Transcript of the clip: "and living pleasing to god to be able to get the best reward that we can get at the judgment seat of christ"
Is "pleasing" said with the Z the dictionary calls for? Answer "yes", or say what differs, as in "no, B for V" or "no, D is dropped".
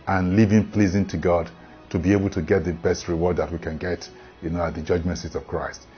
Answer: yes